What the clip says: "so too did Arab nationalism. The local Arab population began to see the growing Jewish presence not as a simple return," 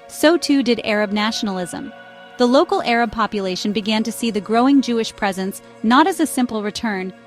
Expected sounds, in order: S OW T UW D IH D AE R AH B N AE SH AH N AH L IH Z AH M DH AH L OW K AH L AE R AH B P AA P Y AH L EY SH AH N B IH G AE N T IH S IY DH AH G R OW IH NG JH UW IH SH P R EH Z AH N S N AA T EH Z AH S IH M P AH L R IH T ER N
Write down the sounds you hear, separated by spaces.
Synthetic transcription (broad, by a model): S OW T UW D IH D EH R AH B N AE SH N L IH Z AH M DH AH L OW K L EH R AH B P AA P Y AH L EY SH AH N B IH G AE N T IH S IY DH AH G R OW IH NG JH UW IH SH P R EH Z AH N S N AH T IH Z AH S IH M P L R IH T ER N